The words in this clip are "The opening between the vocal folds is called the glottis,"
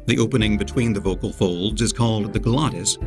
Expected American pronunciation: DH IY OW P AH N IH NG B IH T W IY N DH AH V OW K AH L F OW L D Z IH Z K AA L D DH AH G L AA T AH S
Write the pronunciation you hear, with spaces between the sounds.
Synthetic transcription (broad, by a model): DH IY OW P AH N IH NG B IH T W IY N DH AH V OW K AH L F OW L D Z IH Z K AA L D DH AH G L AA T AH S